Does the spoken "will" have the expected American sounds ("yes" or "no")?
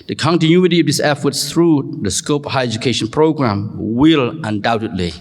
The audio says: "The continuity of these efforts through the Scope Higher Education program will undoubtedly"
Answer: yes